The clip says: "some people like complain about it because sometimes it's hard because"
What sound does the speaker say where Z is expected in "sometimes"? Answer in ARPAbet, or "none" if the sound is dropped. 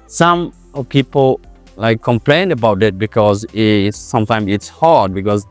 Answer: none